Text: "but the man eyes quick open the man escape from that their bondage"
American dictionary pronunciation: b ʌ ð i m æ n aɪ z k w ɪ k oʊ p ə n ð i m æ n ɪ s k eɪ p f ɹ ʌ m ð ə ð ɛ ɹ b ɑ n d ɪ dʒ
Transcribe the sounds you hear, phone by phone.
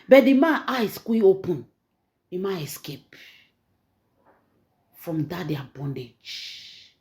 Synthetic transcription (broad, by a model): b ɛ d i m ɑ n aɪ s k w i oʊ p ə n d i m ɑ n ɪ s k eɪ p f ɹ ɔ m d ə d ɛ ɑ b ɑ n d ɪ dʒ